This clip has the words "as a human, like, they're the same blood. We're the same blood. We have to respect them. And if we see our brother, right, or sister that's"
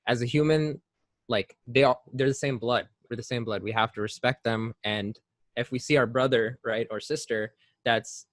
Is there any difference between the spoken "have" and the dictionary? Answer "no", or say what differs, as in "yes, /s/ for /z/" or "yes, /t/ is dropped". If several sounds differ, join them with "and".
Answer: yes, /f/ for /v/